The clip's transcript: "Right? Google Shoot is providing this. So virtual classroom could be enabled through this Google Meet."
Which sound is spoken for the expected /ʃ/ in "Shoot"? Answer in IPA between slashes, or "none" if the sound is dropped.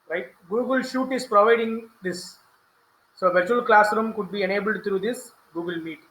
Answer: /ʃ/